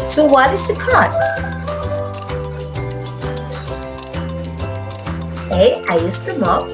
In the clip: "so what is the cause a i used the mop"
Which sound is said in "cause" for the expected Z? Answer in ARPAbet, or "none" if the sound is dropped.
S